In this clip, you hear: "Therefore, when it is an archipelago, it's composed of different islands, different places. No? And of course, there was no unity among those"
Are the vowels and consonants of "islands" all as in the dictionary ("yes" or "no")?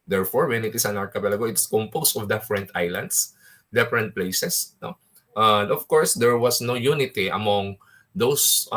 no